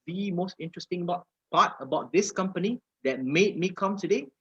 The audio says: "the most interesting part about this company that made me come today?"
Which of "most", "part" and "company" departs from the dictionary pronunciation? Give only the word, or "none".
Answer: part